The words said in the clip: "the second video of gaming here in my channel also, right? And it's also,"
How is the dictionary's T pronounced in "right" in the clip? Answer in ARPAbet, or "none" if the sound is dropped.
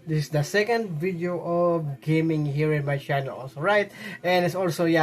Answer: T